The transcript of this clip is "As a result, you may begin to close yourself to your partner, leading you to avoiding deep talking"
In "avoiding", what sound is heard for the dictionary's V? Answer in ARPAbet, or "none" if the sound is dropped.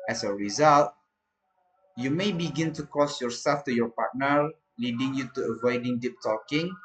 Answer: V